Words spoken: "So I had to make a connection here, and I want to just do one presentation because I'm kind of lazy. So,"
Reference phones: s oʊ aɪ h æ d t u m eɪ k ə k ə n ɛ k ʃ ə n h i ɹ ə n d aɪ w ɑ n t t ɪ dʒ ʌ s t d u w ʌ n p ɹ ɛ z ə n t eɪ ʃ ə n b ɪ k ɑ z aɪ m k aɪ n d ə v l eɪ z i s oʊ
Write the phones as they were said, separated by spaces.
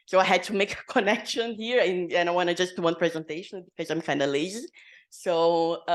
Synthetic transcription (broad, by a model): s oʊ aɪ h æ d t u m eɪ k ə k ə n ɛ k ʃ ə n h i ɹ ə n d aɪ w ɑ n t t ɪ dʒ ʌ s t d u w ʌ n p ɹ ɛ z ə n t eɪ ʃ ə n b ɪ k ɑ z aɪ m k aɪ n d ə l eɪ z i s oʊ